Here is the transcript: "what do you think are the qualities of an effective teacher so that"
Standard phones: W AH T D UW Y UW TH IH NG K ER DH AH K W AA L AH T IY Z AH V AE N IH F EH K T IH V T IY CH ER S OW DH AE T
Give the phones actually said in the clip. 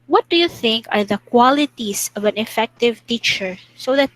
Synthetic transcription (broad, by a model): W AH T D UW Y UW TH IH NG K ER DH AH K W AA L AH T IY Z AH V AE N IH F EH K T IH V T IY CH ER S OW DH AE T